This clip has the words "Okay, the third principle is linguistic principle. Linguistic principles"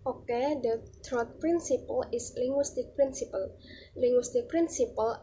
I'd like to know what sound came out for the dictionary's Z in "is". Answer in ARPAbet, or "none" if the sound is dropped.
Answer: S